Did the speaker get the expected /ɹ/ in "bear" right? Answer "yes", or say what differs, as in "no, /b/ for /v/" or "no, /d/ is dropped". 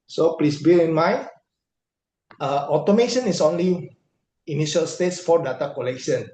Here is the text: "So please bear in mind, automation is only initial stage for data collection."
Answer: no, /l/ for /ɹ/